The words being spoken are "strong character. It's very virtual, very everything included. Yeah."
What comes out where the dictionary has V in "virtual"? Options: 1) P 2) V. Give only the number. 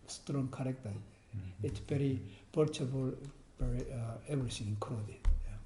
1